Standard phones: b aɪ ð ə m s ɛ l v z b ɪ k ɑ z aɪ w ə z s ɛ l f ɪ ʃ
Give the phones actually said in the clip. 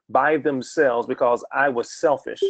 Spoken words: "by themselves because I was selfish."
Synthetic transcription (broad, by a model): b aɪ ð ə m s ɛ l v z b ɪ k ɑ z aɪ w ə z s ɛ l f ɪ ʃ